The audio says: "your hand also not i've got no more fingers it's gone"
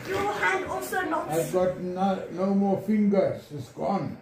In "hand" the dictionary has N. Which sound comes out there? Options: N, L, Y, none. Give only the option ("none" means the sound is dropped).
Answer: none